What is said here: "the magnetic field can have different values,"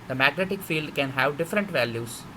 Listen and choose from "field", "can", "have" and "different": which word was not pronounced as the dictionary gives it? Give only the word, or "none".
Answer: none